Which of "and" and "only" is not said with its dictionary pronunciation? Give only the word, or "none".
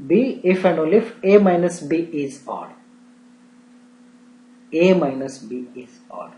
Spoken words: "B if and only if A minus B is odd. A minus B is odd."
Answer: only